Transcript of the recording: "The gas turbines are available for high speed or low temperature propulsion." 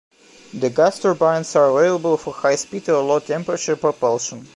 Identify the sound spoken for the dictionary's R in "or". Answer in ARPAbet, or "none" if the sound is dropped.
L